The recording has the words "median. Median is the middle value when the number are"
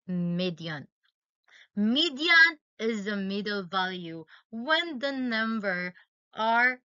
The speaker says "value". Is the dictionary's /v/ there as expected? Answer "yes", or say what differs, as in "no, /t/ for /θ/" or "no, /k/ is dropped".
yes